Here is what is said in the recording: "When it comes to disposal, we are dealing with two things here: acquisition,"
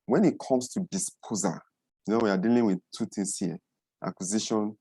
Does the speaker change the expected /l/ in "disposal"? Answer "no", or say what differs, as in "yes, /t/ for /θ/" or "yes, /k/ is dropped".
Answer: yes, /n/ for /l/